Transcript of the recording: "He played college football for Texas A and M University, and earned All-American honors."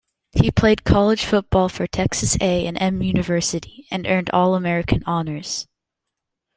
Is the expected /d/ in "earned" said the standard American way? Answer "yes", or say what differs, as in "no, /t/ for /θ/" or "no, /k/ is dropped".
yes